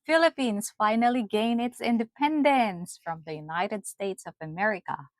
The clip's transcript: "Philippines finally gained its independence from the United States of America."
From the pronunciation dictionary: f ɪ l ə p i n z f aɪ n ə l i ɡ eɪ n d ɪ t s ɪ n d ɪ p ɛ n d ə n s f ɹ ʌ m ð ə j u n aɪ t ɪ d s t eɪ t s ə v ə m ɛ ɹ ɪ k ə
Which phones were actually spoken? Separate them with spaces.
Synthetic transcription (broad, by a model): f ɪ l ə p i n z f aɪ n ə l i ɡ eɪ n ɪ t s ɪ n d ɪ p ɛ n d ə n s f ɹ ʌ m ð ə j u n aɪ t ɪ d s t eɪ t s ə v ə m ɛ ɹ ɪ k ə